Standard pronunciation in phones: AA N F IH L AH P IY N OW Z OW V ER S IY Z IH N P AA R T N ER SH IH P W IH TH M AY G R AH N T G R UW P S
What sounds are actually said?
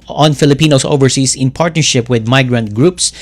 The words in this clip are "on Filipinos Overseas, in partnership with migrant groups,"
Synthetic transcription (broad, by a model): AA N F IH L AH P IY N OW S OW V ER S IY S IH N P AA R T N ER SH IH P W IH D M AY G R AH N T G R UW P S